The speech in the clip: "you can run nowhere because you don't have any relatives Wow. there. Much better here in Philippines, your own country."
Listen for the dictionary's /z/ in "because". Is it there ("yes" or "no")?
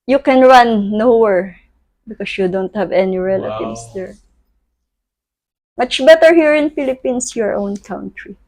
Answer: no